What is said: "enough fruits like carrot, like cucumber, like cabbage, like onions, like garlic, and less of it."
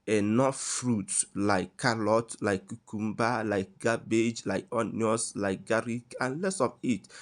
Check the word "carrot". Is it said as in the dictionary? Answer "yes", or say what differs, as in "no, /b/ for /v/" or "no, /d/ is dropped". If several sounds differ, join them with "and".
no, /l/ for /ɹ/